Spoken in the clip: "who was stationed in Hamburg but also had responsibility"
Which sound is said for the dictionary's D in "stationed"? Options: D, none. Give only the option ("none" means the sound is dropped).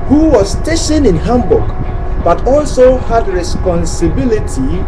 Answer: none